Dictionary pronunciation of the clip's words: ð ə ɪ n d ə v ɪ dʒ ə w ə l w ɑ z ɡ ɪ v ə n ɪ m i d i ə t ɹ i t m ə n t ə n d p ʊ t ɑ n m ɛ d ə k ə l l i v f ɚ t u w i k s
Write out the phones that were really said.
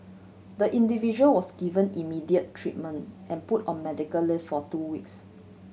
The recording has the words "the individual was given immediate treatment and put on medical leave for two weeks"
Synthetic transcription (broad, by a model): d ə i n d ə v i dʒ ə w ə l w ɑ s ɡ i v ə n ɪ m i d i ə t ɹ i t m ə n t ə n p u t ɑ n m ɛ d ə k ə l l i f f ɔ t u w i k s